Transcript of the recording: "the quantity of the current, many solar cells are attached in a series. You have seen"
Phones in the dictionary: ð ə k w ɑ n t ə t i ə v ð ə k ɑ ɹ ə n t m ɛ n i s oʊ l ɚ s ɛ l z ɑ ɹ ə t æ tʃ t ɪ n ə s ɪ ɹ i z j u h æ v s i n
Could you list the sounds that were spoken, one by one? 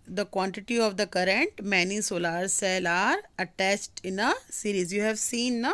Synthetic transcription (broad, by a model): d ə k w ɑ n t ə t i ə v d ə k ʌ ɹ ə n t m ɛ n i s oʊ l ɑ s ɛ l ɑ ɹ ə t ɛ s t ɪ n ə s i ɹ i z j u h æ v s i n